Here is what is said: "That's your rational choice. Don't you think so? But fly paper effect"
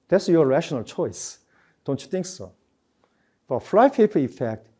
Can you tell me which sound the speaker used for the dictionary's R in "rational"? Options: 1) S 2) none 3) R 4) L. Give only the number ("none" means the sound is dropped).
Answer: 3